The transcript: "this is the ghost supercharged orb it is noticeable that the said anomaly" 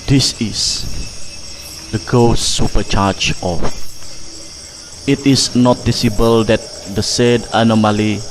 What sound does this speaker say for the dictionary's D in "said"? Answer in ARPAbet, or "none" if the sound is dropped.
D